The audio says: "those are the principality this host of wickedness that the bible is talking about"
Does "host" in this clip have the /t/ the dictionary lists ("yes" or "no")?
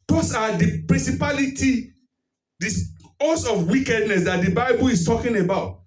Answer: no